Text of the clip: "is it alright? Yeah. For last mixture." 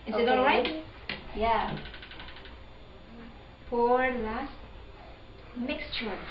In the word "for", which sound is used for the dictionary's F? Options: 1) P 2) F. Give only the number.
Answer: 1